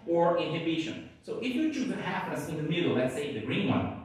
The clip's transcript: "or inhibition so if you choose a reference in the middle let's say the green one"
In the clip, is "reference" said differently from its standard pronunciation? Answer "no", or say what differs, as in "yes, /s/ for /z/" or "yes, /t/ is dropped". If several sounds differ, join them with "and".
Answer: yes, /n/ is dropped